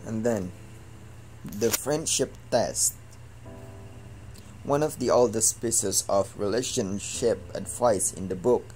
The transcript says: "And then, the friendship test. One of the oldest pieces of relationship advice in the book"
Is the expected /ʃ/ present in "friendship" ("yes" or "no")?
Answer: yes